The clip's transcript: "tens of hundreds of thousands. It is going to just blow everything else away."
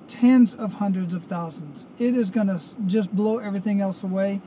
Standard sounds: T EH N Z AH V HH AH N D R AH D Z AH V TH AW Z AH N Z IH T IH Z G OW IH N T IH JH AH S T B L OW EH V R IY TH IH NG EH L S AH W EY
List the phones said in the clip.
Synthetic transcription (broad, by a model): T EH N Z AH V HH AH N D R AH D Z AH V TH AW Z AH N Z IH T IH Z G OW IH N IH JH AH S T B L OW EH V R IY TH IH NG EH L S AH W EY